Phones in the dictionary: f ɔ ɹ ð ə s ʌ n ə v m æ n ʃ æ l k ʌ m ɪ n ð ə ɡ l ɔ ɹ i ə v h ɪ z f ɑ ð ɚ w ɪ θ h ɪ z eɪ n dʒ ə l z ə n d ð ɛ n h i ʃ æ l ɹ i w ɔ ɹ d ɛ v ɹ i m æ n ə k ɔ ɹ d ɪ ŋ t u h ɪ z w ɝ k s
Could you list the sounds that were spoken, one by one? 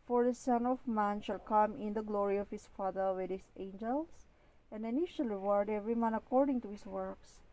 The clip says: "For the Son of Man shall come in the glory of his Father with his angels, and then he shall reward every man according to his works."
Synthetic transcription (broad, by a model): f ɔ ɹ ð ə s ʌ n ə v m æ n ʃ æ l k ʌ m ɪ n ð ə ɡ l ɔ ɹ i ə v h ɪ s f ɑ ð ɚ w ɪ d h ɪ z eɪ n dʒ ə l s ə n d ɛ n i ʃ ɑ l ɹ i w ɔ ɹ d ɛ v ɹ i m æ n ə k ɔ ɹ d ɪ ŋ t u h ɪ s w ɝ k s